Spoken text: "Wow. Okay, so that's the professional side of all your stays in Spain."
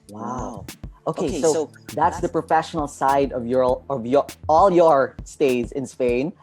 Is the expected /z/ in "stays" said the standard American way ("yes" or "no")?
yes